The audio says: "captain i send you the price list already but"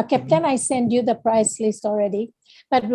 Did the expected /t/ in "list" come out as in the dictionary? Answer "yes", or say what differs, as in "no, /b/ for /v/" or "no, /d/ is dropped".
yes